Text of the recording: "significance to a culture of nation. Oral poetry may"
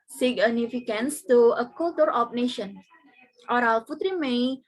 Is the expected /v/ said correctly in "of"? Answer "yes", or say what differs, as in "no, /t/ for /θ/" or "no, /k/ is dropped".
no, /p/ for /v/